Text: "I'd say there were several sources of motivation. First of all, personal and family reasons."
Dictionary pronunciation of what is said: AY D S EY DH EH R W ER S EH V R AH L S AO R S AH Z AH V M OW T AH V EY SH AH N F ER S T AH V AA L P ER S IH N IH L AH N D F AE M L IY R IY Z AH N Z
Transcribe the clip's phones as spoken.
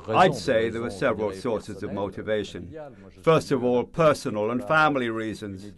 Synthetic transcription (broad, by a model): AY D S EY DH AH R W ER S EH V R AH L S AO R S AH Z AH V M OW T AH V EY SH AH N F ER S T AH V AA L P ER S IH N IH L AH N F AE M L IY R IY Z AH N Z